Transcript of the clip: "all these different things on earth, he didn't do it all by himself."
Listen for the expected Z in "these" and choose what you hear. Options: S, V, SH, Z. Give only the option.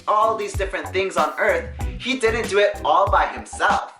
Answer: Z